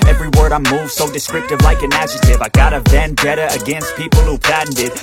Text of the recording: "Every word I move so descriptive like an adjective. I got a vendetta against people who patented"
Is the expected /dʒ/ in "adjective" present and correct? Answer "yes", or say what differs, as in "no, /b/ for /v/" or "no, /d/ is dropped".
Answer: no, /tʃ/ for /dʒ/